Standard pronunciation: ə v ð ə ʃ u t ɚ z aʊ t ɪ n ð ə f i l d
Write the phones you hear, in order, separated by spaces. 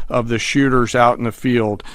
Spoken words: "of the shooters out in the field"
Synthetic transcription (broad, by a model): ə v ð ə ʃ u t ɚ z aʊ t n ð ə f i l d